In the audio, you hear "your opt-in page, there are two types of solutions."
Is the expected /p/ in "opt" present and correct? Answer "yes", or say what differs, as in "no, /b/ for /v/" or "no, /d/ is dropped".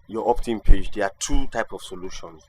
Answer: yes